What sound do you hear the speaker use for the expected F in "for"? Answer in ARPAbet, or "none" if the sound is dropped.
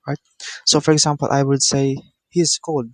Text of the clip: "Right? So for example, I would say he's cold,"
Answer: F